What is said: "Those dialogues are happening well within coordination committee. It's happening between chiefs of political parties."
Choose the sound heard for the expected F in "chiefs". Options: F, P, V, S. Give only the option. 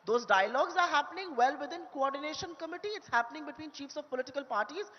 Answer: F